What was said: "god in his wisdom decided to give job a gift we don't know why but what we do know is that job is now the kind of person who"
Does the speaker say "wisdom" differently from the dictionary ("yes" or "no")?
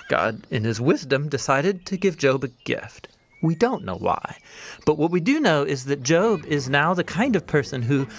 no